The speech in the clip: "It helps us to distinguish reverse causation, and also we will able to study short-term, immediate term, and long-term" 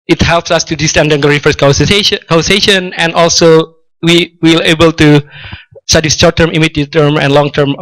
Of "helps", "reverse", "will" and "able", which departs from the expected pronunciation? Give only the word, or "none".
reverse